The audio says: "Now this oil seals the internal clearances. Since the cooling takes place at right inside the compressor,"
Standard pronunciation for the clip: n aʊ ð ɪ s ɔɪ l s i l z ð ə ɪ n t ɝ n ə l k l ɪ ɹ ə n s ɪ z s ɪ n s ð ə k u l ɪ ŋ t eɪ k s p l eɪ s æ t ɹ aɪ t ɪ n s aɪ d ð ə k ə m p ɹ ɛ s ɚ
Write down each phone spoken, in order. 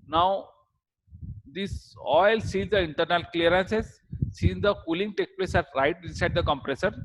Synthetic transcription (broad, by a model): n aʊ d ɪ s ɔɪ l s i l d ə ɪ n t ɝ n ə l k l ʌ ɹ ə n s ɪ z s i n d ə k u l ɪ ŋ t eɪ k p l eɪ s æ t ɹ aɪ t ɪ n s aɪ d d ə k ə m p ɹ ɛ s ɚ